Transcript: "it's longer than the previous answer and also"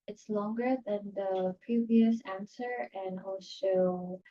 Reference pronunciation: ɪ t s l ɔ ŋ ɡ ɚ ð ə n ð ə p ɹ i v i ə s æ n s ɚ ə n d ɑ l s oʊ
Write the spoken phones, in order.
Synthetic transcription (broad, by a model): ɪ t s l ɔ ŋ ɡ ɚ ð ə n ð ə p ɹ i v i ə s æ n s ɚ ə n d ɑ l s oʊ